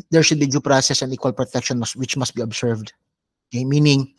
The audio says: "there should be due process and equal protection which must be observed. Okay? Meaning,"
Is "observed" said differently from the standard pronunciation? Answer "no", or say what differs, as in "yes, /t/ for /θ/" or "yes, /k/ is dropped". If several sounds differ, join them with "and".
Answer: yes, /s/ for /z/